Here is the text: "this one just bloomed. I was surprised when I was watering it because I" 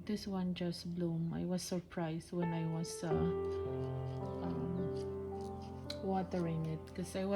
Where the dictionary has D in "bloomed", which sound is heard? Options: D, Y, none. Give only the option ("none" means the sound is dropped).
none